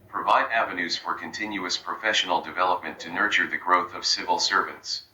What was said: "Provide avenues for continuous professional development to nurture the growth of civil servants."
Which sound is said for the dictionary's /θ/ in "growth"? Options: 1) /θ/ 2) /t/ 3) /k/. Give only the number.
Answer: 1